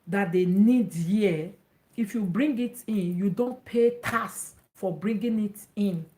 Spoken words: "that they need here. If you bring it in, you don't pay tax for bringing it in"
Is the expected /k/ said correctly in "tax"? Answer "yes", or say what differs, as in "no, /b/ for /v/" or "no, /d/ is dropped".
no, /k/ is dropped